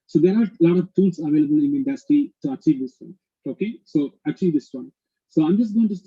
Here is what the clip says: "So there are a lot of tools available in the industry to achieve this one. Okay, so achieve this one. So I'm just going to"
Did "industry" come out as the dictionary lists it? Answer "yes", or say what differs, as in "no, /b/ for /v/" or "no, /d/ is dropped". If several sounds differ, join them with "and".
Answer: no, /ɹ/ is dropped